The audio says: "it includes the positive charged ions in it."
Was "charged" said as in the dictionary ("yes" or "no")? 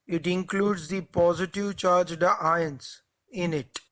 yes